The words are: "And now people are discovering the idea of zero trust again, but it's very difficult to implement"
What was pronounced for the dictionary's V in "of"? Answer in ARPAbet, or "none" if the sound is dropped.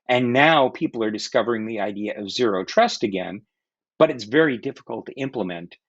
V